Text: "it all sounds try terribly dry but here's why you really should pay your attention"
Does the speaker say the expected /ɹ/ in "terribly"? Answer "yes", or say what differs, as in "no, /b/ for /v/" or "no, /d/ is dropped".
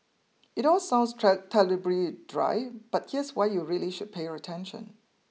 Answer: no, /l/ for /ɹ/